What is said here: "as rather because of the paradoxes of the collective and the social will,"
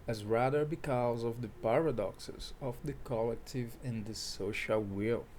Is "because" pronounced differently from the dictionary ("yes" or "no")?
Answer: no